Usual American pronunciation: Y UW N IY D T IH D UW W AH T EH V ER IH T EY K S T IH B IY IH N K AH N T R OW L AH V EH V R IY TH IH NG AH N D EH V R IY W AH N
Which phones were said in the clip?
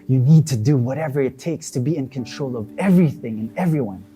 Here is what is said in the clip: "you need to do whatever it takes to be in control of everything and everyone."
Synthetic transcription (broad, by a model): Y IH N IY D T IH D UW W AH T EH V ER IH T EY K S T IH B IY IH N K AH N T R OW L AH V EH V R IY TH IH NG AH N EH V R IY W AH N